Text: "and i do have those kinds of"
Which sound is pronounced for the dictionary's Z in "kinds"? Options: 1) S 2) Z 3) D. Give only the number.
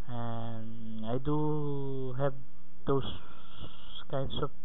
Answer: 1